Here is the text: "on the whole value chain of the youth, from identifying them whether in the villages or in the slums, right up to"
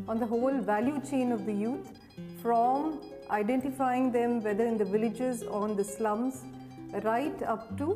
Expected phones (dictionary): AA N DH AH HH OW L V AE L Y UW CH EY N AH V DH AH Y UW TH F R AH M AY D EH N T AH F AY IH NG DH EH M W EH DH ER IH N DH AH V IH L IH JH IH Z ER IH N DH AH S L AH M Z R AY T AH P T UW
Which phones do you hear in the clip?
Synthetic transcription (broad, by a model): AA N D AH HH OW L V AE L Y UW CH EY N AH V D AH Y UW T F R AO M AY D EH N T AH F AY IH NG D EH M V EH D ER IH N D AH V IH L IH JH IH Z IH N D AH S L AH M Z R AY T AH P T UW